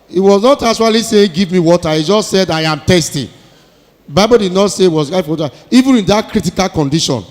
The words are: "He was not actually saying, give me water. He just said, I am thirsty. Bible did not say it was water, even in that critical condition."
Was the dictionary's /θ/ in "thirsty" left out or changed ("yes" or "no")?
yes